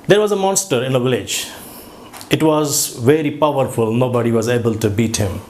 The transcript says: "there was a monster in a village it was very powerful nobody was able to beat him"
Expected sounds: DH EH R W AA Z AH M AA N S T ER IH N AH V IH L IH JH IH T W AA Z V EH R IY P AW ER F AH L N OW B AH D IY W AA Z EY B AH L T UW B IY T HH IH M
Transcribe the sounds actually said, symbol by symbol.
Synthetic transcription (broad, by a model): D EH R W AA Z AH M AA N S T ER IH N AH V IH L IH JH IH T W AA Z V EH R IY P AW ER F AH L N OW B AH D IY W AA Z EY B AH L T UW B IY T HH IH M